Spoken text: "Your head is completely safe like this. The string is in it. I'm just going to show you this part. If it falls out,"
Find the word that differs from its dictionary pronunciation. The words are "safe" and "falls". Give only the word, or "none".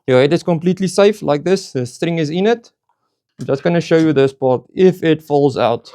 none